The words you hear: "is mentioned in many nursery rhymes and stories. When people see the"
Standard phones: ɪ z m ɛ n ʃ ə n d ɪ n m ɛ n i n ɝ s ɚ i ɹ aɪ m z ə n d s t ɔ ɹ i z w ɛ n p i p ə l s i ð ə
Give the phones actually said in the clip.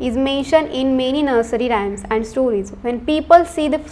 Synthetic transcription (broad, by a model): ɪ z m ɛ n ʃ ə n d ɪ n m ɛ n i n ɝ s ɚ i ɹ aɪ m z ə n d s t ɔ ɹ i z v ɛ n p i p ə l s i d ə